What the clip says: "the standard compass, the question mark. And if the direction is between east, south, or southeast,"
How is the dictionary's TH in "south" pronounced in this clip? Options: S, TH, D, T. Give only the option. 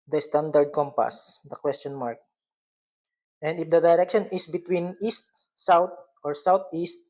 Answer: T